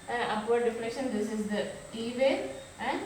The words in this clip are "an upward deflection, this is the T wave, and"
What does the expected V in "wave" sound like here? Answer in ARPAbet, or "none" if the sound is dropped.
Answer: none